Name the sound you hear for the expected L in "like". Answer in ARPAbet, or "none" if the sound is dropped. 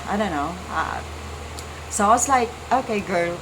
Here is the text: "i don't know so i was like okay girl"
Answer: L